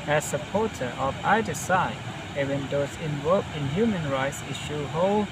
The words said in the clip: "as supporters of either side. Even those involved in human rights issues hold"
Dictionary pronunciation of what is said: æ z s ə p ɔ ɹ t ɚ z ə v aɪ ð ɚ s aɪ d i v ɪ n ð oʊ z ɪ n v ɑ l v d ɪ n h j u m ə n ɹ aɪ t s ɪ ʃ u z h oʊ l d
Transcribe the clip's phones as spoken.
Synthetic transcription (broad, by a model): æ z s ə p ɔ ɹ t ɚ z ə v aɪ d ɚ s aɪ ɛ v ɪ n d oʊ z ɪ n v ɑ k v ɪ n h j u m ə n ɹ aɪ t s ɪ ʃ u h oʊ l